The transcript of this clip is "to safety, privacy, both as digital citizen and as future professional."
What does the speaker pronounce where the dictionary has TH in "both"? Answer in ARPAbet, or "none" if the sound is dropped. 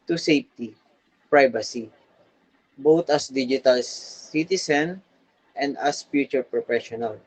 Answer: T